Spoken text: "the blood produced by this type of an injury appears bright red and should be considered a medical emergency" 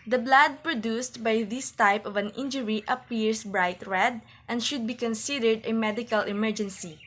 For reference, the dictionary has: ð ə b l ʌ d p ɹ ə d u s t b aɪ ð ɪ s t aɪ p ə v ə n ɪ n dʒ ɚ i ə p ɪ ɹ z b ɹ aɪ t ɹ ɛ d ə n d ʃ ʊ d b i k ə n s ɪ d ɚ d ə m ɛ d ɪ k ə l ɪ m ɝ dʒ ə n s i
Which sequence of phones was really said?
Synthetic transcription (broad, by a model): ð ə b l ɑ d p ɹ ə d u s t b aɪ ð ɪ s t aɪ p ə v ə n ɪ n dʒ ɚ i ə p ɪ ɹ s b ɹ aɪ t ɹ ɛ d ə n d ʃ ʊ d b i k ə n s ɪ d ɚ d ə m ɛ d ɪ k ə l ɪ m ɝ dʒ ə n s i